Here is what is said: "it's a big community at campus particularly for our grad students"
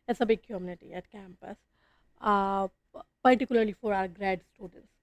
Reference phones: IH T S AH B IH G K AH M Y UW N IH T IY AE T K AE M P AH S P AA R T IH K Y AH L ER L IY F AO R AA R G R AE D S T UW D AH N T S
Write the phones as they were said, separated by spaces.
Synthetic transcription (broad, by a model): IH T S AH B IH G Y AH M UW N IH T IY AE T K AE M P AH S P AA R T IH K Y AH L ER L IY F AO R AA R G R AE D S T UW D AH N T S